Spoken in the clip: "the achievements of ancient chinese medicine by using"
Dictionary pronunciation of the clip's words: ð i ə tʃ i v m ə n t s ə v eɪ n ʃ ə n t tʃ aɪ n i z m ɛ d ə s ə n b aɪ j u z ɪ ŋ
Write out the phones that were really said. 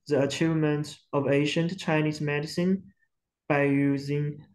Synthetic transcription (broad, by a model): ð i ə tʃ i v m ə n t ə v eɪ ʃ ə n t tʃ aɪ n i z m ɛ d ə s ə n b aɪ j u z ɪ ŋ